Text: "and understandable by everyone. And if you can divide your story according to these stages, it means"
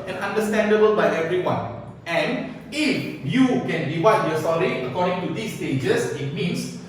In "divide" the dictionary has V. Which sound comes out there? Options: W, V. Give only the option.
W